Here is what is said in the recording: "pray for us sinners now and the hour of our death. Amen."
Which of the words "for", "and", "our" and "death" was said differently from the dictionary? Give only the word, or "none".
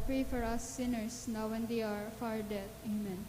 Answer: death